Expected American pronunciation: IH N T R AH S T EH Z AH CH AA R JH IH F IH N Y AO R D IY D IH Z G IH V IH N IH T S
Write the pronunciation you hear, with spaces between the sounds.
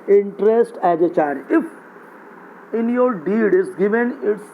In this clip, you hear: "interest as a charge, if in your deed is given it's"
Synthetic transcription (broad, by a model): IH N T R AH S T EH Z AH CH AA R IH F IH N Y AO R D IY D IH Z G IH V IH N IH T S